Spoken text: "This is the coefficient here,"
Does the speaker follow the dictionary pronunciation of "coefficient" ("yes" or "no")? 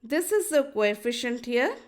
yes